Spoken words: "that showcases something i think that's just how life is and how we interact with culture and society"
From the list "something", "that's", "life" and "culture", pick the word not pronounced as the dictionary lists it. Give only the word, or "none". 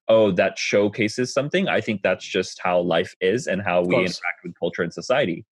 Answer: none